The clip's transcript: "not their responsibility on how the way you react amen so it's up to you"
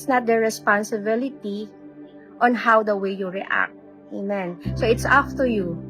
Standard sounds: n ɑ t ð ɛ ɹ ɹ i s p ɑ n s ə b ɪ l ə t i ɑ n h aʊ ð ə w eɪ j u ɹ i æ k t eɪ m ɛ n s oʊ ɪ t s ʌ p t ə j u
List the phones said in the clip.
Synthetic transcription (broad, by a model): n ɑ t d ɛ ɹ ɹ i s p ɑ n s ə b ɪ l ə t i ɑ n h aʊ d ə w eɪ j u ɹ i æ k t eɪ m ɛ n s oʊ ɪ t s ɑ f t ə j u